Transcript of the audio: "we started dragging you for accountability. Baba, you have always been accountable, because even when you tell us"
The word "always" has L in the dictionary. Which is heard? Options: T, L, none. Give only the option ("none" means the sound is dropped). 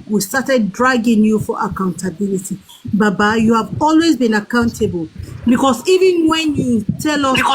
L